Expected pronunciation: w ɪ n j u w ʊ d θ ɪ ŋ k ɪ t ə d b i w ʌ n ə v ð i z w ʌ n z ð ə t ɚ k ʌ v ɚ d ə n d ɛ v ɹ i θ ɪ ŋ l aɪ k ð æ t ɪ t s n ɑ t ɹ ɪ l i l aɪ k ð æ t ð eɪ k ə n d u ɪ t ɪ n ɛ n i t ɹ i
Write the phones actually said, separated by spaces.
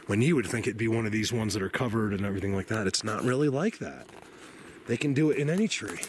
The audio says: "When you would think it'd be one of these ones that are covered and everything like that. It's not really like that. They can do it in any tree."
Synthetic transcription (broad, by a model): w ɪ n j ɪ w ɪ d θ ɪ ŋ k ɪ t b i w ʌ n ə v ð i z w ʌ n z ð ə t ɚ k ʌ v ɚ d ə n ɛ v ɹ i θ ɪ ŋ l aɪ k ð æ t ɪ t s n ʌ t ɹ ɪ l i l aɪ k ð æ t ð eɪ k ə n d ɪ ɪ t ɪ n ɛ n i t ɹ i